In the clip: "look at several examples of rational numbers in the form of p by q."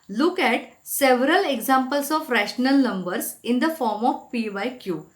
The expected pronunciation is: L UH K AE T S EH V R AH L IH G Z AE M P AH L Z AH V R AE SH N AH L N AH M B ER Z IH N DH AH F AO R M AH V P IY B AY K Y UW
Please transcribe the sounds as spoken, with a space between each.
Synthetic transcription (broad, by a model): L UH K AE T S EH V R AH L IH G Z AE M P AH L S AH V R AE SH N AH L N AH M B ER S IH N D AH F AO R M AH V P IY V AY K Y UW